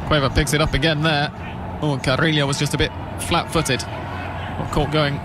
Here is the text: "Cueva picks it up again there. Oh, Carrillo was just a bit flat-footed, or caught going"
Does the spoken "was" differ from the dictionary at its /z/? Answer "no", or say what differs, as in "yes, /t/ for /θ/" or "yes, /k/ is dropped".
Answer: no